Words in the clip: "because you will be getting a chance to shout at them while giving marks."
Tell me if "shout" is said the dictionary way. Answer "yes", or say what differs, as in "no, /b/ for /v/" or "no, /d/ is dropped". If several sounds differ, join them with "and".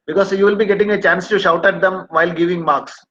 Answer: yes